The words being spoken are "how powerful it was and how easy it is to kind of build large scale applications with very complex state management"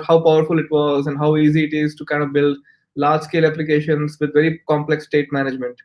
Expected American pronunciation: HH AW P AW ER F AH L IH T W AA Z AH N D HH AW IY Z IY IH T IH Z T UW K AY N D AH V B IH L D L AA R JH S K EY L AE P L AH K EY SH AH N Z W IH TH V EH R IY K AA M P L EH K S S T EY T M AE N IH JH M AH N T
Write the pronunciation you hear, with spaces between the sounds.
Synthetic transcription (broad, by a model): HH AW P AW ER F AH L IH T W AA Z AH N D HH AW IY Z IY IH T IH Z T UW K AY N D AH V B IH L D L AA R JH S K EY L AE P L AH K EY SH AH N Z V IH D V EH R IY K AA M P L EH K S S T EY T M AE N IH JH M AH N T